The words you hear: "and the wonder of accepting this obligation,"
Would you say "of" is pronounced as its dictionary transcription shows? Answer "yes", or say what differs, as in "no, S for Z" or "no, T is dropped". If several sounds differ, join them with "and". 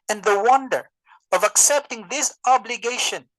yes